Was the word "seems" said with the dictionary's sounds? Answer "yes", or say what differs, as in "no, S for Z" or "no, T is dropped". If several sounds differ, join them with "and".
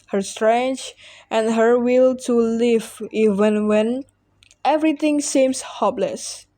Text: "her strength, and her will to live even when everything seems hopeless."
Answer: no, S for Z